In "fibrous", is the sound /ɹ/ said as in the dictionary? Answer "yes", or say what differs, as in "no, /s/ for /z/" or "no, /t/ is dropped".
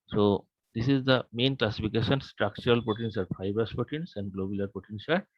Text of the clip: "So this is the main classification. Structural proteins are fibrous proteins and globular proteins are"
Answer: no, /ɹ/ is dropped